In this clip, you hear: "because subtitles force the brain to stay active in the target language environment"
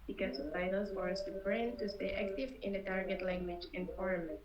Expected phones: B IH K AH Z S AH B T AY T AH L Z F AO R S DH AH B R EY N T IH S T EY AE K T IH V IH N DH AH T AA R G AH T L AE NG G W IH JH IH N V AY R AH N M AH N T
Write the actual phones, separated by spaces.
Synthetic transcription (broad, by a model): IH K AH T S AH T AY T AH L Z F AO R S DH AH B R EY N T IH S T EY AE K T IH V IH N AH T AA R G AH T L AE NG G W IH JH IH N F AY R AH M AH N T